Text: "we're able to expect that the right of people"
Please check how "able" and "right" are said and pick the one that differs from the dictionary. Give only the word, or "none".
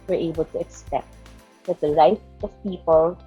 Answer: right